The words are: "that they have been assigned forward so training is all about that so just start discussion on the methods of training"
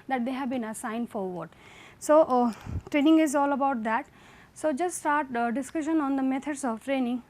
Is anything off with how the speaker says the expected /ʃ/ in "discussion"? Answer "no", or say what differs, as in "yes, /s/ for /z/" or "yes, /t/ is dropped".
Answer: no